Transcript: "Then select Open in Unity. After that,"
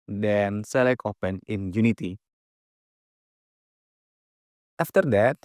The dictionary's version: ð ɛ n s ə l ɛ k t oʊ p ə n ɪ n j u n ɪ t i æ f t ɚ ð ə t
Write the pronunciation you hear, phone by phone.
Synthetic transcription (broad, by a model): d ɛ n s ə l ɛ k oʊ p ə n ɪ n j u n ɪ t i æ f t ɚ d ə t